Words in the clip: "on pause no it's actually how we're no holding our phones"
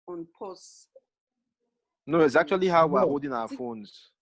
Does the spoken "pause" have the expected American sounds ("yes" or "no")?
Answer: no